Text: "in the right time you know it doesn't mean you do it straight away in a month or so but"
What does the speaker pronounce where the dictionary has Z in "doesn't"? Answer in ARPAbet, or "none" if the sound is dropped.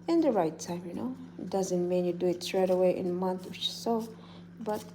Z